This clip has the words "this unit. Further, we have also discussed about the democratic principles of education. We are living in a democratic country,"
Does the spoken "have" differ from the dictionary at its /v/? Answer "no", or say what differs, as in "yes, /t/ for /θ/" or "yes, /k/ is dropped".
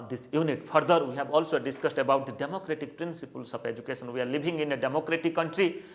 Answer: yes, /b/ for /v/